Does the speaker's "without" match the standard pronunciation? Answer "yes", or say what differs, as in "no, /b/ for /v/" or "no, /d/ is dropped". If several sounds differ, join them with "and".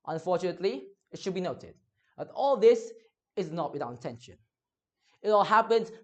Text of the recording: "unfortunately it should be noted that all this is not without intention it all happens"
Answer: no, /t/ is dropped